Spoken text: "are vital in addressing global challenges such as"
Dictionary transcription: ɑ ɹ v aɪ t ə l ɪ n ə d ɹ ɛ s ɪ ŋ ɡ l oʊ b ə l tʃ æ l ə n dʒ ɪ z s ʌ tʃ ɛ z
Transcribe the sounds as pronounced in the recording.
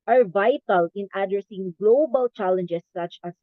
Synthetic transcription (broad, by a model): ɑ ɹ v aɪ t ə l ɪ n ə d ɹ ɛ s ɪ ŋ ɡ l oʊ b ə l tʃ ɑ l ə n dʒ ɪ s ʌ tʃ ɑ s